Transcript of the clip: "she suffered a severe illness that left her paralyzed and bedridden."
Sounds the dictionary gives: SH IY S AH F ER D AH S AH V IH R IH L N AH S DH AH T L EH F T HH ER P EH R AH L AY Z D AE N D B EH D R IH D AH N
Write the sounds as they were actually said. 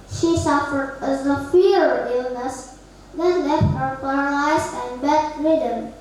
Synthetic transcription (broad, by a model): SH IY S AH F ER D AH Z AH F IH R IH L N AH S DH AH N L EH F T HH ER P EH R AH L AY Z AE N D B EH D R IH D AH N